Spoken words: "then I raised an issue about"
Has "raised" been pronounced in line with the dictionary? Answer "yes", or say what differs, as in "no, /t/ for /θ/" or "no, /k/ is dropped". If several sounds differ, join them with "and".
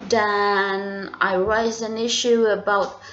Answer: no, /d/ is dropped